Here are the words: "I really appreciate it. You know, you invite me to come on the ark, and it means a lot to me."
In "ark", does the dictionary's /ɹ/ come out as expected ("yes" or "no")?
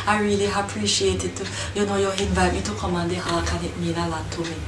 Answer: no